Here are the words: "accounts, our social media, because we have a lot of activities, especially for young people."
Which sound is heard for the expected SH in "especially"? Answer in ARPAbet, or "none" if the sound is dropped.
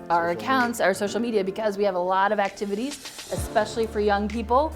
SH